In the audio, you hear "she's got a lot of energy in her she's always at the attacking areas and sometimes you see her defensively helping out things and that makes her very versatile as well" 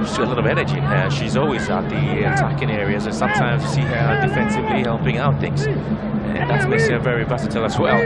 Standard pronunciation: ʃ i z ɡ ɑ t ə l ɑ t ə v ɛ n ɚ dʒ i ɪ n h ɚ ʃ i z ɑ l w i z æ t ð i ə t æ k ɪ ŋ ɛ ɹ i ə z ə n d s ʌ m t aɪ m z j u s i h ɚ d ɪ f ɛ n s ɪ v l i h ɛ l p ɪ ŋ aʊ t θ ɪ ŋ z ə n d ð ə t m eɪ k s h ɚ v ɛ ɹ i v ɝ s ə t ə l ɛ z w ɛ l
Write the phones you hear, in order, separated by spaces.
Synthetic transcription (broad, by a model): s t ə l ɑ t ə v ɛ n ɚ dʒ i ɪ n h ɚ ʃ i z ɑ l w i z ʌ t ð i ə t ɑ k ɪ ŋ ɛ ɹ i ə z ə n s ʌ m t aɪ m z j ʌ s i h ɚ d ɪ f ɛ n s ɪ v l i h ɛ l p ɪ ŋ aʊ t θ ɪ ŋ z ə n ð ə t m eɪ k s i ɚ v ɛ ɹ i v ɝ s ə t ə l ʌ s w ɛ l